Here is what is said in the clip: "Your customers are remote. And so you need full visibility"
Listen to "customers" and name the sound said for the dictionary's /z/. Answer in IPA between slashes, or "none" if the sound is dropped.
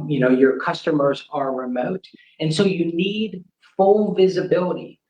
/z/